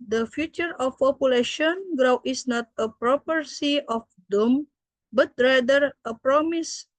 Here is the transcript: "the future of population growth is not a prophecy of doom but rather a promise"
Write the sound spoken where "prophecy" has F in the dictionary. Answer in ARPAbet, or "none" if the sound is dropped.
P